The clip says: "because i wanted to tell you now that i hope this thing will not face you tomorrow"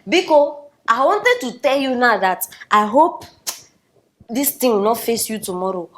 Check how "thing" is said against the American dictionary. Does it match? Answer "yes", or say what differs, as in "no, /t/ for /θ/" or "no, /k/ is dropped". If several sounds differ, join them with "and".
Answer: no, /t/ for /θ/